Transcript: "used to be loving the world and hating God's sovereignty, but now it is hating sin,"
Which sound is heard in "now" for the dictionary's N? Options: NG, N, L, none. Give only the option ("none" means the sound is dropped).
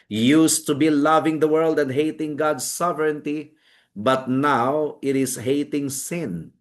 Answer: N